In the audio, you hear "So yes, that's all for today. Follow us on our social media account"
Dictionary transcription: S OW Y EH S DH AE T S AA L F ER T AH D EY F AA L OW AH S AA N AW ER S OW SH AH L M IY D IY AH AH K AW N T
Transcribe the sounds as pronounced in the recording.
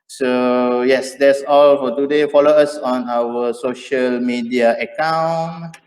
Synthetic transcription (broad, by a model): S OW Y EH S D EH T S AA L F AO T AH D EY F AA L OW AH S AA N AW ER S OW SH AH L M IY D IY AH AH K AW N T